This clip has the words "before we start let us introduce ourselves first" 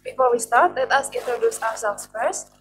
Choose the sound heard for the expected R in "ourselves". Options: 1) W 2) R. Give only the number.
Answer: 1